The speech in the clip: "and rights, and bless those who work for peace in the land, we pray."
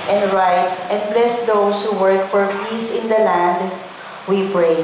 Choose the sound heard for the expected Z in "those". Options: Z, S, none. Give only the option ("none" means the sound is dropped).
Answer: S